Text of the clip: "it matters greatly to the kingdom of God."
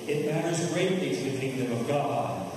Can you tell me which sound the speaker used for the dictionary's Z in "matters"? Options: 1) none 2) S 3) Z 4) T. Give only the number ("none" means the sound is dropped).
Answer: 3